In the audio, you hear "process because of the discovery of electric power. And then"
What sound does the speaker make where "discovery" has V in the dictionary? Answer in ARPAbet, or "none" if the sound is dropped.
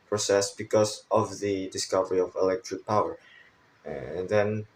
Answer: V